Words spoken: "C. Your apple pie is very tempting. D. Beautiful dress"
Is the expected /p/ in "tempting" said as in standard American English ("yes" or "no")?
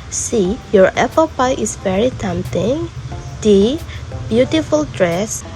no